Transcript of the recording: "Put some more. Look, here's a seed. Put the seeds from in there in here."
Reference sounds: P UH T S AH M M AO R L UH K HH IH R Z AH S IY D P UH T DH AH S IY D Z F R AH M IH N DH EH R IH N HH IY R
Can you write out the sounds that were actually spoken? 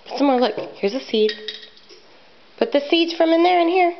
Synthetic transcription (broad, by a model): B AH T S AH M M AO R L UH K HH IH R Z AH S IY D B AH T DH AH S IY D Z F R AH M IH N DH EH R IH N HH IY R